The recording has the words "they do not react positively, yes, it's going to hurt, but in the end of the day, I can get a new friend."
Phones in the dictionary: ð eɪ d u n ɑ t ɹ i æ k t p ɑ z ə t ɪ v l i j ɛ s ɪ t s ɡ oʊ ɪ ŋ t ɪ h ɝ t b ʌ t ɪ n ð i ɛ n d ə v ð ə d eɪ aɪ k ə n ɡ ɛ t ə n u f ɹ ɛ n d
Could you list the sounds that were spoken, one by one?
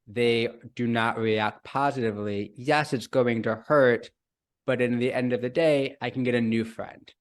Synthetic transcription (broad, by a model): ð eɪ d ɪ n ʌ t ɹ i æ k t p ɑ z ə t ɪ v l i j ɛ s ɪ t s ɡ oʊ ɪ ŋ t ɪ h ɝ t b ʌ t ɪ n ð i ɛ n d ə v ð ə d eɪ aɪ k n ɡ ɛ t ə n u f ɹ ɛ n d